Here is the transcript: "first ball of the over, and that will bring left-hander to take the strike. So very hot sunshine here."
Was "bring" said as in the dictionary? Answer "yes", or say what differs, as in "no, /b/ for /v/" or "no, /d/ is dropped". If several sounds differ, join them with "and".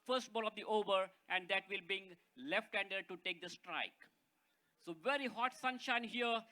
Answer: no, /ɹ/ is dropped